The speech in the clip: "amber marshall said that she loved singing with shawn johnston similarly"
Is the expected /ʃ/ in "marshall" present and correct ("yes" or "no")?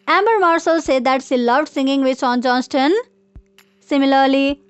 no